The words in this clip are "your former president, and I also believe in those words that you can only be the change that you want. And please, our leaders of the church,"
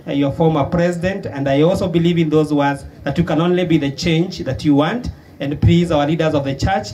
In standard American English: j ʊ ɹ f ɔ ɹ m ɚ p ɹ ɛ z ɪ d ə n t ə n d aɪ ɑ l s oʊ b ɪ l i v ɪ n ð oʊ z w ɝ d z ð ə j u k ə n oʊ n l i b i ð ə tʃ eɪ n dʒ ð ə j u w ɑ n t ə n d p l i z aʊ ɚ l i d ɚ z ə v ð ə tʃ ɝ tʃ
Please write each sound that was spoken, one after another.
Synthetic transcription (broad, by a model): j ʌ ɹ f ɔ ɹ m ɚ p ɹ ɛ z ɪ d ə n t ə n d aɪ ɑ l s oʊ b ɪ l i v ɪ n ð oʊ z w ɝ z ð ə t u k ə n oʊ n l i b i ð ə tʃ eɪ n dʒ ð ə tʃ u w ɑ n t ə n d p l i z aʊ ɚ l i d ɚ z ə v ð ə tʃ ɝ tʃ